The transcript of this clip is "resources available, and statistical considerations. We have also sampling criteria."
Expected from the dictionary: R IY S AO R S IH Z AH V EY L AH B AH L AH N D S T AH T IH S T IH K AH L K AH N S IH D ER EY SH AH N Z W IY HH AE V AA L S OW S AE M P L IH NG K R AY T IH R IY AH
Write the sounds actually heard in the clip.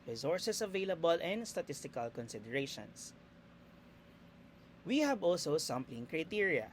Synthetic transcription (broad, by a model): R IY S AO R S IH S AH V EY L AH B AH L AH N D S T AH T IH S T IH K AH L K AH N S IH D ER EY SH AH N S W IY HH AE B AA L S OW S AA M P L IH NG K R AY T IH R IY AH